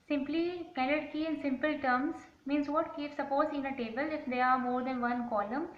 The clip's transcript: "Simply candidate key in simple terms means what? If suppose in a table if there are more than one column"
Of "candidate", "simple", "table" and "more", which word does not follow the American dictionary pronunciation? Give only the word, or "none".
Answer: candidate